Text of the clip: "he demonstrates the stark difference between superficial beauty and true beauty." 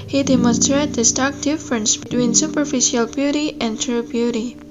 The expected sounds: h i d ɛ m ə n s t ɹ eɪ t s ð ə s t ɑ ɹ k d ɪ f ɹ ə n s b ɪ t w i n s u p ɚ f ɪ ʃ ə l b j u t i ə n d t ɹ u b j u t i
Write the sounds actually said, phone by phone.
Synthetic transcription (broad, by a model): h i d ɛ m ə n s t ɹ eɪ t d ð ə s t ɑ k d ɪ f ɹ ə n s b ɪ t w i n s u p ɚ f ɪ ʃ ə l b j u t i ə n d t ɹ u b j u t i